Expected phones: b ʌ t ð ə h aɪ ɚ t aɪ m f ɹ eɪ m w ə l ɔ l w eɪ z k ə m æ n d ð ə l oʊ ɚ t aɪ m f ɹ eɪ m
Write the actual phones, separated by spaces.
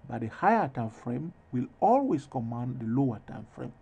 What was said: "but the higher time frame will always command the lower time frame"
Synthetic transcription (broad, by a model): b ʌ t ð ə h aɪ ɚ t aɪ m f ɹ eɪ m w ə l ɔ l w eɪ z k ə m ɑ n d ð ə l oʊ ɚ t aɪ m f ɹ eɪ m